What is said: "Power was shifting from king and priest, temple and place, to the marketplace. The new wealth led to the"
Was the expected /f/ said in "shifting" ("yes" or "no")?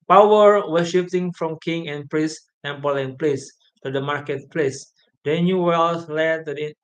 no